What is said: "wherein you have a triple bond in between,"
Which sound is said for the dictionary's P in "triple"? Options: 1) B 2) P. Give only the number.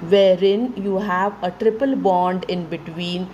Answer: 2